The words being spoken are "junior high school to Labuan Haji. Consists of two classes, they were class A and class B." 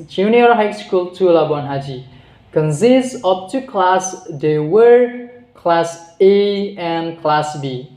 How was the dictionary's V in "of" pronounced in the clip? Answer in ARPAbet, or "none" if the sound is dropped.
P